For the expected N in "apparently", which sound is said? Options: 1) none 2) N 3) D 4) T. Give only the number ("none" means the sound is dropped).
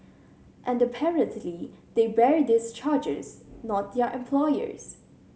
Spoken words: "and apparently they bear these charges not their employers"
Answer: 2